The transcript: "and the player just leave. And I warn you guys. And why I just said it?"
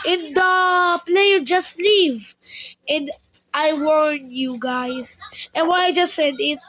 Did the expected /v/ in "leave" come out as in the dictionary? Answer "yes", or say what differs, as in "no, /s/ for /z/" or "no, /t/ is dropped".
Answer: yes